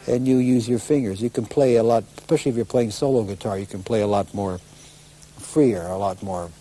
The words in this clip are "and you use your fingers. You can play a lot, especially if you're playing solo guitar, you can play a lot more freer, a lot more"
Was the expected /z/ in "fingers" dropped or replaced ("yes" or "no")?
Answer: no